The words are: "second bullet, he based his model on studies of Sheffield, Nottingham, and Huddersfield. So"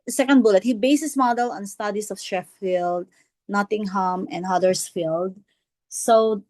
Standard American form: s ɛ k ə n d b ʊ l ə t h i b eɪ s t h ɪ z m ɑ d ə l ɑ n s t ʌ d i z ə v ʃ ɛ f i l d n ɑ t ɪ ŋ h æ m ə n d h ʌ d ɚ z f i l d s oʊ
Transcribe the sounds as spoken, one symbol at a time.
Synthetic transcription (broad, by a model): s ɛ k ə n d b ʊ l ə t h i b eɪ s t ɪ s m ɑ d ə l ɑ n s t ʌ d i s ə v ʃ ɛ f i l d n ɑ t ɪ ŋ h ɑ m ə n d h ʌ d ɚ s f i l d s oʊ